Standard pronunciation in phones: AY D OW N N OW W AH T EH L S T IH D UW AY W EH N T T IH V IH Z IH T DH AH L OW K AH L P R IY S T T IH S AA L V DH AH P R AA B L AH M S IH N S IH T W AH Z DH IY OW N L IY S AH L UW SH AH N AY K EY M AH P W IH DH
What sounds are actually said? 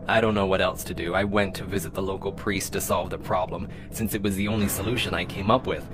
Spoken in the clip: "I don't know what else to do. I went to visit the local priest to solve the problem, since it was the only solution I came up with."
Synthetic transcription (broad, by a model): AY D OW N N OW W AH T EH L S T IH D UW AY W EH N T T IH V IH Z IH T DH AH L OW K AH L P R IY S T T IH S AA L V DH AH P R AA B L AH M S IH N S IH T W AH Z DH IY OW N L IY S AH L UW SH AH N AY K EY M AH P W IH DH